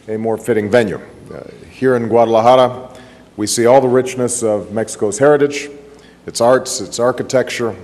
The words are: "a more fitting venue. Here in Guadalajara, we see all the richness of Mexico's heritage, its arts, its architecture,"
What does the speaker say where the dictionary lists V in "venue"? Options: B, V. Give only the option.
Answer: V